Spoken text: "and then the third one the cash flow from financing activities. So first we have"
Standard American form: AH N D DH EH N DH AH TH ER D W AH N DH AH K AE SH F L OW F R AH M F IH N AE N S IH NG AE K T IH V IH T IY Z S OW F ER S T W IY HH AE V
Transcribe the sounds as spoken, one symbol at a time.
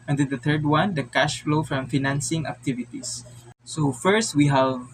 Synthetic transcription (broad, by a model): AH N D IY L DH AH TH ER D W AH N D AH K AE SH F L OW F R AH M F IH N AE N S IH NG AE K T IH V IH T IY S OW F ER S T W IY HH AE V